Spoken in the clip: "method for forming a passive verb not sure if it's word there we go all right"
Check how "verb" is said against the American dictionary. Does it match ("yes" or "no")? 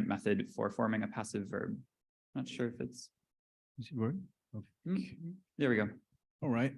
yes